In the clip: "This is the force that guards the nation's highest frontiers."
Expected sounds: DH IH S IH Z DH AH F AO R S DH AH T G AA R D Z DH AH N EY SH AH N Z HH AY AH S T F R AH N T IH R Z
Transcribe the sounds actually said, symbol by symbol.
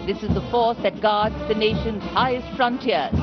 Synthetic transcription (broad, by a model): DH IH S IH Z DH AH F AO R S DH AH T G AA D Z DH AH N EY SH AH N Z HH AY AH S T F R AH N T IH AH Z